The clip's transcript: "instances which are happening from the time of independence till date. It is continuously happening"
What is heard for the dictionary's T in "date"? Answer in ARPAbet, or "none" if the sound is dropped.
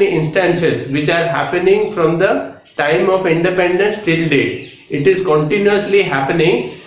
none